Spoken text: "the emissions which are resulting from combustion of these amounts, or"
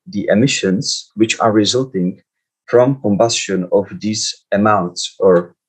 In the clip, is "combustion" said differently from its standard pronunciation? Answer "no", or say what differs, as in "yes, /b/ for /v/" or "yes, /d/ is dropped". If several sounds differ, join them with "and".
no